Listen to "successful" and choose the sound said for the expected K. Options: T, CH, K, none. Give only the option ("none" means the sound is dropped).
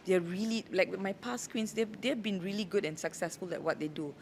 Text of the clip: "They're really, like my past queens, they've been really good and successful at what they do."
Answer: K